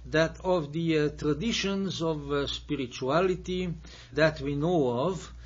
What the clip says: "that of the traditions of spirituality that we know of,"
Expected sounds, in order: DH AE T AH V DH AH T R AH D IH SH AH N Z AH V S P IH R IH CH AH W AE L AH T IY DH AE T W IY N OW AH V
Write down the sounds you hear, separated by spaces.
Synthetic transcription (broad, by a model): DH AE T AH V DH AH T R AH D IH SH AH N Z AH V S P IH R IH CH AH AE L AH T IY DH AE T W IY N OW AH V